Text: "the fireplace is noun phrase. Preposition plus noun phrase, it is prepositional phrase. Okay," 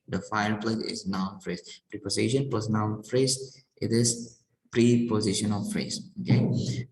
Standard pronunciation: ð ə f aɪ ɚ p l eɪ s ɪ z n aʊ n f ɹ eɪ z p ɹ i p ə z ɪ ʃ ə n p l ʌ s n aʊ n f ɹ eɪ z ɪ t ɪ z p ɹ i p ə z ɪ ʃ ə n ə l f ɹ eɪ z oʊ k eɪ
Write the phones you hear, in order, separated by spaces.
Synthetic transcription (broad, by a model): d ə f aɪ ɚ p l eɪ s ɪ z n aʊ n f ɹ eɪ s p ɹ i p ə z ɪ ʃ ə n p ʌ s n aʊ l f ɹ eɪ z ɪ t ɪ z p ɹ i p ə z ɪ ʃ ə n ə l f ɹ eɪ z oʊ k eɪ